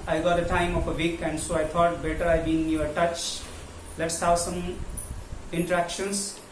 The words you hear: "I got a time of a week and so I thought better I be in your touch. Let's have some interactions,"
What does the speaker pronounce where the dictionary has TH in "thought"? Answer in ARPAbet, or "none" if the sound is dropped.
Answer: T